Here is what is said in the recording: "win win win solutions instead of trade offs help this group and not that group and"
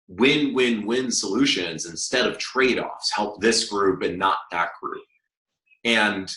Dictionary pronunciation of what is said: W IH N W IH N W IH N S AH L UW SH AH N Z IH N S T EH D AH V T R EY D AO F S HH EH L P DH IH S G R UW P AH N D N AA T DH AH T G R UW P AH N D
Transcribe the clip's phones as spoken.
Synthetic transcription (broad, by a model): W IH N W IH N W IH N S AH L UW SH AH N Z IH N S T EH D AH V T R EY D AO F S HH EH L P DH IH S G R UW P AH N N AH T DH AH T G R UW P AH N